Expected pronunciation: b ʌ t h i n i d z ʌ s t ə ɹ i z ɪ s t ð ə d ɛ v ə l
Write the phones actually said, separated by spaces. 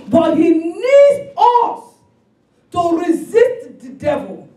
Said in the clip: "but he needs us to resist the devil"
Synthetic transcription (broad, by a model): b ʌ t h i n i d ʌ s t ə ɹ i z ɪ s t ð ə d ɛ v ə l